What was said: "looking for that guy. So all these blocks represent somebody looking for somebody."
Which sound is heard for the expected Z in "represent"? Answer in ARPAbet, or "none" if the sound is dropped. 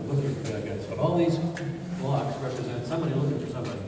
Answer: Z